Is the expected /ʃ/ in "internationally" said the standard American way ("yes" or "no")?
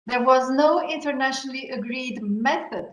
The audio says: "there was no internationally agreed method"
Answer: yes